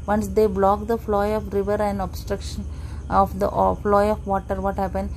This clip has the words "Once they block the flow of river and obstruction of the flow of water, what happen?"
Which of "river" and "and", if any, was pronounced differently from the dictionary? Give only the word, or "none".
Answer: none